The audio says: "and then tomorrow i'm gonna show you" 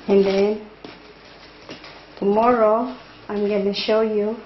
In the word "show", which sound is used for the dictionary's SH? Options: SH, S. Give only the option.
SH